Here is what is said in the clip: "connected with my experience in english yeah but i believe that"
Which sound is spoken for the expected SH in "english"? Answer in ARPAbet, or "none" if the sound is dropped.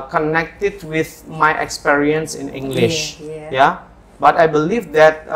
SH